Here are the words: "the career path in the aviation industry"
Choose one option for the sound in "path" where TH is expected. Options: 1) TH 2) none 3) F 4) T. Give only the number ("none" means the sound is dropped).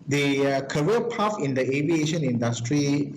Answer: 3